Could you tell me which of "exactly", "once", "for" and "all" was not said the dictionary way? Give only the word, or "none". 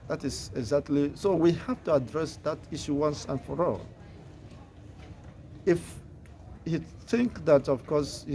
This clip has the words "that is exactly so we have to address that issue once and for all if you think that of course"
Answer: none